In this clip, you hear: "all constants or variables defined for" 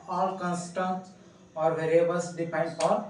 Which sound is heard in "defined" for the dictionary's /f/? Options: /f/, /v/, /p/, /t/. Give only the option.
/p/